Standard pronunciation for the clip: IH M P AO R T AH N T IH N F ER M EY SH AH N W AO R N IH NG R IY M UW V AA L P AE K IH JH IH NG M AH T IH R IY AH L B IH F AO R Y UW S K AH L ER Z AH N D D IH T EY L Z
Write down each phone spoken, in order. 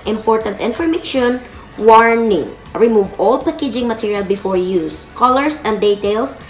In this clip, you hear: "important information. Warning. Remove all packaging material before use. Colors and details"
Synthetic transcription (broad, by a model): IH M P AO R T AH N T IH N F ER M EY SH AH N W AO R N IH NG R IY M UW V AA L P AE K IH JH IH NG M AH T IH R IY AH L B IH F AO R Y UW S K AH L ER S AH N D D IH T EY L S